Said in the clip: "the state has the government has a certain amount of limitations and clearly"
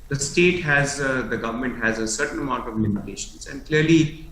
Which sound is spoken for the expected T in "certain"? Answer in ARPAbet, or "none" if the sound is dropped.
T